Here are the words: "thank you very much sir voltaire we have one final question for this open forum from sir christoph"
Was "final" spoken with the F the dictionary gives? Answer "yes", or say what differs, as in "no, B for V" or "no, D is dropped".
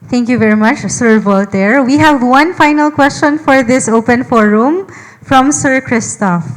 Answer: yes